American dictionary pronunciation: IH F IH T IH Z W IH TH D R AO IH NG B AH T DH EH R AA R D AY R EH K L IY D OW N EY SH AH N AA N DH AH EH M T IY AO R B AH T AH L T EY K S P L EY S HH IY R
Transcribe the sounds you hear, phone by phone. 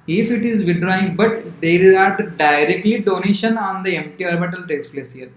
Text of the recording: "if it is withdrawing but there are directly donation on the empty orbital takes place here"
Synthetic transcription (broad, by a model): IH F IH T IH Z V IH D R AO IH NG B AH T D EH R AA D D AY R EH K L IY D OW N EY SH AH N AA N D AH EH M T IY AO R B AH T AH L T EY S P L EY S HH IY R